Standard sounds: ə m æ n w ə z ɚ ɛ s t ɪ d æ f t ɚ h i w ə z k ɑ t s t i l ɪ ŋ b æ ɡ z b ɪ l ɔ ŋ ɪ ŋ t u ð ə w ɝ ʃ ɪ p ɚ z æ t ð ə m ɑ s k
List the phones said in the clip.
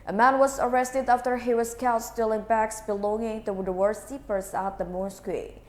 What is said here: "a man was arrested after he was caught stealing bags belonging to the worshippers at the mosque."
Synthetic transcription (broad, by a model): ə m æ n w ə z ɚ ɛ s t ɪ d æ f t ɚ h i w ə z k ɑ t s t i l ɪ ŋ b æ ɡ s b ɪ l ɔ ŋ ɪ ŋ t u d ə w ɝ s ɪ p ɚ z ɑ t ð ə m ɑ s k